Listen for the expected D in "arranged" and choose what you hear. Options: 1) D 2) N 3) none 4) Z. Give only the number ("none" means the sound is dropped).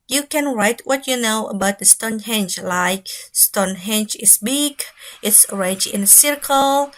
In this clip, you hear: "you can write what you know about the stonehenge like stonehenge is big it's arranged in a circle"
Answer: 3